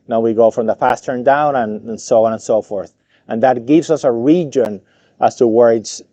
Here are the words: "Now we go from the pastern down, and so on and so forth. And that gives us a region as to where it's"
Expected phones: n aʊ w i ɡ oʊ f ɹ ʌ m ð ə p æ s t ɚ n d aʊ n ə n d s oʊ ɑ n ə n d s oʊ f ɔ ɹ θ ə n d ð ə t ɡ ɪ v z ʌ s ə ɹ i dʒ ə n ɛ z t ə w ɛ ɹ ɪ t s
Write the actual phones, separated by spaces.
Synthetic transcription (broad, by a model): n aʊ w i ɡ oʊ f ɹ ʌ m ð ə p æ s t ɚ n d aʊ n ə n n s oʊ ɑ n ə n s oʊ f ɔ ɹ θ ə n ð ə t ɡ ɪ v z ʌ s ə ɹ i dʒ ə n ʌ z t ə w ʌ ɹ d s